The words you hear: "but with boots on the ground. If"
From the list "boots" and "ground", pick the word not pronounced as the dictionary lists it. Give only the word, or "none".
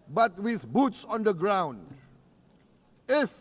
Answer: none